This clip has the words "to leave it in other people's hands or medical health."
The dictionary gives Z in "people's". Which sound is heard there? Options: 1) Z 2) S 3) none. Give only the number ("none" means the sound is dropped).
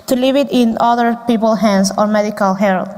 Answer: 3